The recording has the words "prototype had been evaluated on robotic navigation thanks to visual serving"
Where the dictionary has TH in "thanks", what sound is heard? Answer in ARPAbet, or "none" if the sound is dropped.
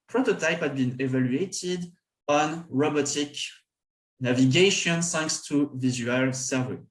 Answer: S